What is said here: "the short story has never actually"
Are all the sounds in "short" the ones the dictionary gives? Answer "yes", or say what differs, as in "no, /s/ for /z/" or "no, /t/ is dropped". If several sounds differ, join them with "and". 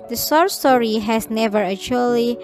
no, /s/ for /ʃ/